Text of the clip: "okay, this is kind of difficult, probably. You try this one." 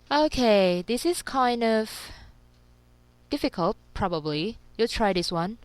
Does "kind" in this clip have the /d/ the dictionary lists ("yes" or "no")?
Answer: yes